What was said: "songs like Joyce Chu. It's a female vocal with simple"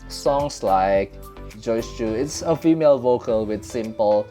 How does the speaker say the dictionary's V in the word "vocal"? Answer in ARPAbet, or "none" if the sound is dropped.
V